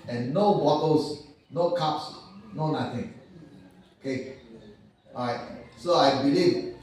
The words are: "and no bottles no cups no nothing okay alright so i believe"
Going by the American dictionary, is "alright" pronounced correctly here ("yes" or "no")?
no